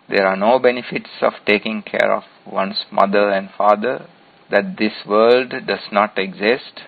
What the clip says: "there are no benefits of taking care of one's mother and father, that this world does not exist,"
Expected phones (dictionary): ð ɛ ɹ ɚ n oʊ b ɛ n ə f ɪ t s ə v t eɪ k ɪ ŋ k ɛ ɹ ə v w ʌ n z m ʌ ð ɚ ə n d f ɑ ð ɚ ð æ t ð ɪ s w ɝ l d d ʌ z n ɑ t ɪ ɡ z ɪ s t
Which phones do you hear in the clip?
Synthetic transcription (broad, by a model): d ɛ ɹ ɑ n oʊ b ɛ n ə f ɪ t s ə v t eɪ k ɪ ŋ k ɛ ɹ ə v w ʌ n s m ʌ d ɚ ə n d f ɑ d ɚ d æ t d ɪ s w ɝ l d d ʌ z n ɑ t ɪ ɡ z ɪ s t